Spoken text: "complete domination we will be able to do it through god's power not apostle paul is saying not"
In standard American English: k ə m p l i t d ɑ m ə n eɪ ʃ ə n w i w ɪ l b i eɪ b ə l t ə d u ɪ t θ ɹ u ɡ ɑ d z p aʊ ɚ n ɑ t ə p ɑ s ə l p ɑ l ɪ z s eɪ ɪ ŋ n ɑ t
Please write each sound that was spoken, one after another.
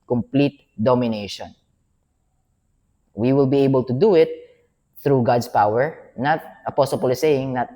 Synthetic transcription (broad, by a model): k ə m p l i t d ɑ m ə n eɪ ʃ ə n w i w ɪ l b i eɪ b ə l t ə d u ɪ t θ ɹ u ɡ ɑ d s p aʊ ɚ n ɑ t ə p ɑ s ə l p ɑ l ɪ s eɪ ɪ ŋ n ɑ t